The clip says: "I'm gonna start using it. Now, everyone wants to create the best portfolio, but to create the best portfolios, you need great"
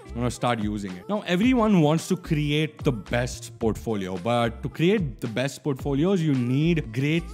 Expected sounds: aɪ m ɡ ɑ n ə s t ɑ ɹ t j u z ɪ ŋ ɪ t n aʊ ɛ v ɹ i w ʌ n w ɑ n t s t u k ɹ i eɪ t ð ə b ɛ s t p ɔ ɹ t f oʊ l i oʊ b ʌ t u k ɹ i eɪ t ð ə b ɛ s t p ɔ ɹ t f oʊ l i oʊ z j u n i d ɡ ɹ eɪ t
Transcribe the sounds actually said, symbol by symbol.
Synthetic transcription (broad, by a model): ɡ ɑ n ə s t ɑ ɹ t j u z ɪ ŋ ɪ t n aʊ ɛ v ɹ i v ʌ n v ɑ n t s t u k ɹ i eɪ t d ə b ɛ s t p ɔ ɹ t f oʊ l i oʊ b ʌ t u k ɹ i eɪ t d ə b ɛ s t p ɔ ɹ t f oʊ l i oʊ z j u n i d ɡ ɹ eɪ t